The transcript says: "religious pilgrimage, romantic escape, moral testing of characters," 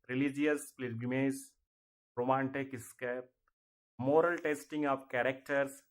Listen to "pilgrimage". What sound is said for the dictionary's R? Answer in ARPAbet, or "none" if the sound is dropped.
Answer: none